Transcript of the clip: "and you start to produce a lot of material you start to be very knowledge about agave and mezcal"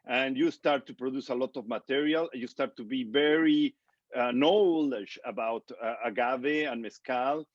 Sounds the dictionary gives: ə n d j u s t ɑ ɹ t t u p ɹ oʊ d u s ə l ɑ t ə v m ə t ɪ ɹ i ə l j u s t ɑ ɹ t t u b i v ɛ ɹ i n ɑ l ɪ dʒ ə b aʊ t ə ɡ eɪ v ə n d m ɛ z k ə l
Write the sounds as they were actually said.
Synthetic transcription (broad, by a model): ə n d j u s t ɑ ɹ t t u p ɹ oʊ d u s ə l ɑ t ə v m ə t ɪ ɹ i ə l j u s t ɑ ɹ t t u b i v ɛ ɹ i n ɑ l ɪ ʃ ə b aʊ t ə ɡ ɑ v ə n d m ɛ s k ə l